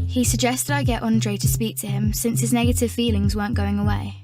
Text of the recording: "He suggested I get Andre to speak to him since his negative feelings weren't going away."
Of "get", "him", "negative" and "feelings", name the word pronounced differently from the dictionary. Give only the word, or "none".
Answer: none